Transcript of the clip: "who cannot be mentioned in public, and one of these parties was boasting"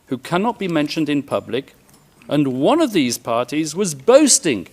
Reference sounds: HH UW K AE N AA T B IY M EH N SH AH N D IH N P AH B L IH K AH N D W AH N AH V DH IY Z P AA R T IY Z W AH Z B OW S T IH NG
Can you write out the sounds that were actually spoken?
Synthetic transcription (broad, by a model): HH UW K AE N AA T B IY M EH N SH AH N D IH N P AH B L IH K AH N W AH N AH V DH IY Z P AA R T IY Z W AH Z B OW S T IH NG